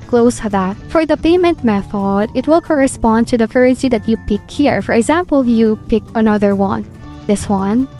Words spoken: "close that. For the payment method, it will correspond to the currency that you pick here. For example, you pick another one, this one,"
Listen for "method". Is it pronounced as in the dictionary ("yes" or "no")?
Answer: yes